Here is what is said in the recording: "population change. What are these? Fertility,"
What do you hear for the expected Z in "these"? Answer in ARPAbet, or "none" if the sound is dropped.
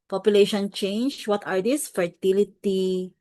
S